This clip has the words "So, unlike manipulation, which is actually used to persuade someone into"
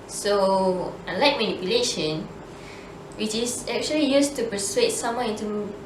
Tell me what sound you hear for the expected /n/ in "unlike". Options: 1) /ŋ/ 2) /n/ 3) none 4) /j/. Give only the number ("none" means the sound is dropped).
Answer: 3